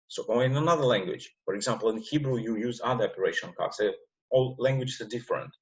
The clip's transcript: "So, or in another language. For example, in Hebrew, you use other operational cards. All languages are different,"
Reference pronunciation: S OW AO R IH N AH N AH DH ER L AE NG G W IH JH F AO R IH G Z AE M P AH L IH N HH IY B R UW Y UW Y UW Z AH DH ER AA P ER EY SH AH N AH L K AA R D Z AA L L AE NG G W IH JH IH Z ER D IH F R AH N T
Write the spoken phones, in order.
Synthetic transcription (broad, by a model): S OW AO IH IH N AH N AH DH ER L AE NG G W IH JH F AO R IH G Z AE M P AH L IH N HH IY B R UW Y UW Y UW Z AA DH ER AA P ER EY SH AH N K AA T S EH AA L L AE NG G W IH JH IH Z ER D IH F R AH N T